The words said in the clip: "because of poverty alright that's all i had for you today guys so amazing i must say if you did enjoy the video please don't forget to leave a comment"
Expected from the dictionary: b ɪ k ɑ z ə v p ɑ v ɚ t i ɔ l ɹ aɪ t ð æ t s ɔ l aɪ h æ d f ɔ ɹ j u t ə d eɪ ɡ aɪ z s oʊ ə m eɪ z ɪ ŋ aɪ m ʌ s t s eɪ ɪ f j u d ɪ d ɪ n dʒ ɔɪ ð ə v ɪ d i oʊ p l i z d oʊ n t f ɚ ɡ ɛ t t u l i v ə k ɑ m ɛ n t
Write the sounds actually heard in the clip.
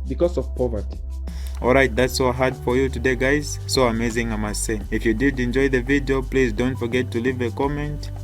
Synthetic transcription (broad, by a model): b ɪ k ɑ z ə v p ɑ v ɚ t i ɔ l ɹ aɪ t ð æ t s ɔ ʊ h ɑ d f ɔ ɹ j u t ə d eɪ ɡ aɪ z s oʊ ə m eɪ z ɪ ŋ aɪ m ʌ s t s eɪ ɪ f j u d ɪ d ɪ n dʒ ɔɪ ð ə v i d i oʊ p l i z d oʊ n t f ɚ ɡ ɛ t t u l i v ə k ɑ m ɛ n t